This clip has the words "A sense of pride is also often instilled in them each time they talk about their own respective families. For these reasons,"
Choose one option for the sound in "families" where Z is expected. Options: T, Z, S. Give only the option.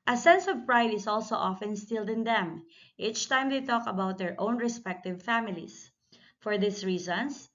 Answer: S